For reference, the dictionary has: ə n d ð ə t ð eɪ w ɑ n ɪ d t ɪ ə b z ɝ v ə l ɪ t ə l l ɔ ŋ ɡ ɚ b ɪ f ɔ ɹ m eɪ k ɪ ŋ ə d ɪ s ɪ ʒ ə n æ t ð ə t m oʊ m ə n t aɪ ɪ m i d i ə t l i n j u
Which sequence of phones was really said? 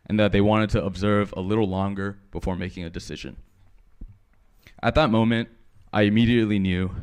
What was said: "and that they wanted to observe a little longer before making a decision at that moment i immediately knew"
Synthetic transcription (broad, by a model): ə n ð ə t ð eɪ w ɑ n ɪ d t ɪ ə b z ɝ v ə l ɪ t l l ɔ ŋ ɡ ɚ b ɪ f ɔ ɹ m eɪ k ɪ ŋ ə d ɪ s ɪ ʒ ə n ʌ t ð ə t m oʊ m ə n t aɪ ɪ m i d i ə t l i n j u